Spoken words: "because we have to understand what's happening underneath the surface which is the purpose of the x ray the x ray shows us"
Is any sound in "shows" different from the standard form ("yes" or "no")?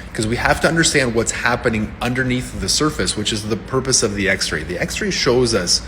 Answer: no